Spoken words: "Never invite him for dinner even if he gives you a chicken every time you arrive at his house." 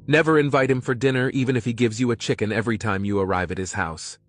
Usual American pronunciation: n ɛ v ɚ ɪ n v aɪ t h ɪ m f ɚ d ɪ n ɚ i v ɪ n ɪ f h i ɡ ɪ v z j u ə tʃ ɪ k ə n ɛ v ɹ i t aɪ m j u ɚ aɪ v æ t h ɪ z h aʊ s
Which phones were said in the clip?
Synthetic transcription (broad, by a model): n ɛ v ɚ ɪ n v aɪ t h ɪ m f ɚ d ɪ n ɚ i v ɪ n ɪ f h i ɡ ɪ v z j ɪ ə tʃ ɪ k ə n ɛ v ɹ i t aɪ m j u ɚ aɪ v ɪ t h ɪ z h aʊ s